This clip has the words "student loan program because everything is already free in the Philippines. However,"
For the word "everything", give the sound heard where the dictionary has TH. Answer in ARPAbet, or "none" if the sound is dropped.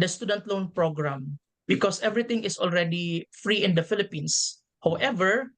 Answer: T